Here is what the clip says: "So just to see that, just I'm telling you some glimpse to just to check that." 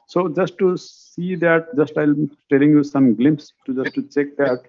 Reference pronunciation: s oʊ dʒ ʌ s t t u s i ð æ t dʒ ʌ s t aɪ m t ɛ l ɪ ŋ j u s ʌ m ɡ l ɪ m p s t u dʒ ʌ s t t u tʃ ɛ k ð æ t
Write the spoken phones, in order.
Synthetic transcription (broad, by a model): s oʊ dʒ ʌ s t t u s i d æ t dʒ ʌ s t aɪ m t ɛ l ɪ ŋ j u s ʌ m ɡ l ɪ m p s t u dʒ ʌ s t t u tʃ ɛ k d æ t